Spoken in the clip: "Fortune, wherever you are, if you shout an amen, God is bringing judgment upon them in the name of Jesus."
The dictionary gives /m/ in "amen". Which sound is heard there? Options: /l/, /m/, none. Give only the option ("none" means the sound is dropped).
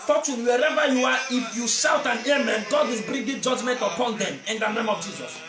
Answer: /m/